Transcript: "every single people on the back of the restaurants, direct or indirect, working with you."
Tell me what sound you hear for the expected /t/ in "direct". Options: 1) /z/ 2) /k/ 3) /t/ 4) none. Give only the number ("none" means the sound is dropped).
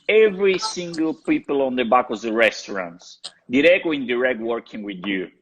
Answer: 4